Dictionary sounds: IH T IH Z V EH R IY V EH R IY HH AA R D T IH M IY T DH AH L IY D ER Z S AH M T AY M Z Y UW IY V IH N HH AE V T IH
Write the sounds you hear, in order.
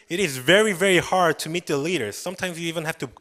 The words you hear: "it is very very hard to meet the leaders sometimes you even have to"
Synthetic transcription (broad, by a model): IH T IH Z V EH R IY V EH R IY HH AA R D T IH M IY T DH AH L IY D ER Z S AH M T AY M Z Y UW IY V IH N HH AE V T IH